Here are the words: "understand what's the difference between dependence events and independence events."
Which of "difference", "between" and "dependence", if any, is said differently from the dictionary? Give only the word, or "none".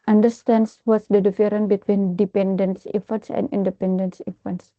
difference